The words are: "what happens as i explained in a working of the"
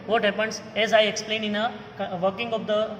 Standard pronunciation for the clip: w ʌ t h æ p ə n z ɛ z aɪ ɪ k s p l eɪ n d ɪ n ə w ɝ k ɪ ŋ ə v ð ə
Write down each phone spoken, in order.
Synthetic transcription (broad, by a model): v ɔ t h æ p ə n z ɛ z aɪ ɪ k s p l eɪ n ɪ n ə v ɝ k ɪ ŋ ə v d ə